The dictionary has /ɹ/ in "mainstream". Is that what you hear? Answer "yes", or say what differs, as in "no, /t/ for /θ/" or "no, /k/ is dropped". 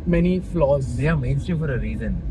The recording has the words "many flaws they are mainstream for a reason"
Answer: no, /ɹ/ is dropped